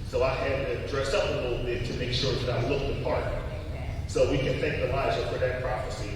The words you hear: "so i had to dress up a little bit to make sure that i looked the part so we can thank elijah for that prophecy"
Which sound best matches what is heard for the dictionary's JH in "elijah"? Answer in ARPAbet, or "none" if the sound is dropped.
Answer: Z